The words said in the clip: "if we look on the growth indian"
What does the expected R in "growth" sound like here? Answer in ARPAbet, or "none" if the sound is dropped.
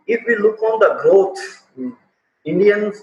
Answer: none